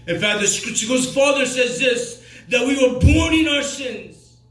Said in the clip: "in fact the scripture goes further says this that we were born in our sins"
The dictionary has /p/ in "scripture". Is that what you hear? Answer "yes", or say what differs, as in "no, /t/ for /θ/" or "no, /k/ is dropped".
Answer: no, /p/ is dropped